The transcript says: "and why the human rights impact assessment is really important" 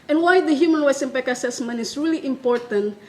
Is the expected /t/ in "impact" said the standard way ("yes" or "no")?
no